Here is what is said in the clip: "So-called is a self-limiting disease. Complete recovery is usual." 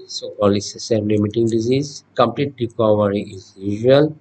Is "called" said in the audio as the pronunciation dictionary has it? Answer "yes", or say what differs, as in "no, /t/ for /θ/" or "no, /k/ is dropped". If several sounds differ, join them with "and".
no, /d/ is dropped